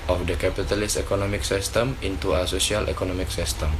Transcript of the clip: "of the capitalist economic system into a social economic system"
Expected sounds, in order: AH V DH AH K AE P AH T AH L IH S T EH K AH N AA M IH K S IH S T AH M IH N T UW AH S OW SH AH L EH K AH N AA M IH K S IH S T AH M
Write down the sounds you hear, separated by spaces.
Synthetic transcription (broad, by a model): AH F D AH K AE P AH T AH L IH S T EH K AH N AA M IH K S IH S T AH M IH N T UW AH S OW S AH L EH K AH N AA M IH K S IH S T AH M